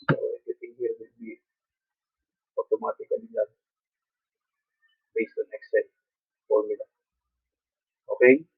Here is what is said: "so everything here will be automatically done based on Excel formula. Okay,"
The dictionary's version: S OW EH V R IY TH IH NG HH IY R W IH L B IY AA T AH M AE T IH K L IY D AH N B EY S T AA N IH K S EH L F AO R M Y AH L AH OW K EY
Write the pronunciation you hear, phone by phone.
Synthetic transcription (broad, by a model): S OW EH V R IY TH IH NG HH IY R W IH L B IY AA T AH M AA T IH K N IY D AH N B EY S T AA N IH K S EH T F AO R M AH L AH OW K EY